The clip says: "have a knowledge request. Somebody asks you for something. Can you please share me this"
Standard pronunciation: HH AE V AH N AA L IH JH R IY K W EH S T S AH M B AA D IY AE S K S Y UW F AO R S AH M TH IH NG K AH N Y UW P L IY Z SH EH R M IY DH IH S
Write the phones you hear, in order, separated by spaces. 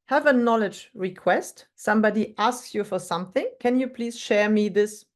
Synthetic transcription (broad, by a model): HH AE V AH N AA L IH JH R IY K W EH S T S AH M B AA D IY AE S K S Y UW F AO R S AH M TH IH NG K AH N Y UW P L IY Z SH EH R M IY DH IH S